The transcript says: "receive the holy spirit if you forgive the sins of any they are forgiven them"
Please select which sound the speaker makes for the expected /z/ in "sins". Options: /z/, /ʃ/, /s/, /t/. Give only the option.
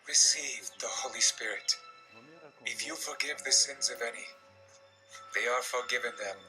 /z/